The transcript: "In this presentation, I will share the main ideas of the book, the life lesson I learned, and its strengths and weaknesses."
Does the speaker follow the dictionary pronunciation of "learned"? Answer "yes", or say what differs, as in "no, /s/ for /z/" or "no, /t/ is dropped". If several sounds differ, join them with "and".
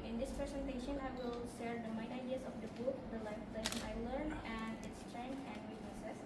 no, /d/ is dropped